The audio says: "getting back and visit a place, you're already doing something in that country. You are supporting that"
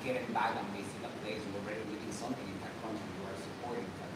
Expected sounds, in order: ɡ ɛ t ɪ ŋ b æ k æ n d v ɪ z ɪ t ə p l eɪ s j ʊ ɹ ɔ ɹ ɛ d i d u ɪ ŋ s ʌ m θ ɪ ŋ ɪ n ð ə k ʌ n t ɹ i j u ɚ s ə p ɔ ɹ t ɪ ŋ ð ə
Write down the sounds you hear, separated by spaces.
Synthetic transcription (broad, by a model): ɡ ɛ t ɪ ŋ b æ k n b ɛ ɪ s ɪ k ə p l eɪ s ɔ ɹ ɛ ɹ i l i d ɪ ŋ s ʌ m θ ɪ ŋ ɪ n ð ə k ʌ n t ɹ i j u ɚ s ə p ɔ ɹ t ɪ ŋ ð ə